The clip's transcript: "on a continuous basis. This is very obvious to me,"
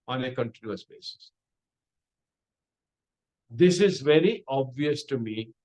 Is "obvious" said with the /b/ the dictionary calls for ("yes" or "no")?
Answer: yes